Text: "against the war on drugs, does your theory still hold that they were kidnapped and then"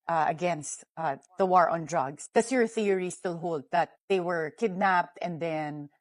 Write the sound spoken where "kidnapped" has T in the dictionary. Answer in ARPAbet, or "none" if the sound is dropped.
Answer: T